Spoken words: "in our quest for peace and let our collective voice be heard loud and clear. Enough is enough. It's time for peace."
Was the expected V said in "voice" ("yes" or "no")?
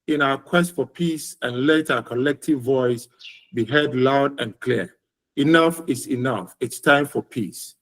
yes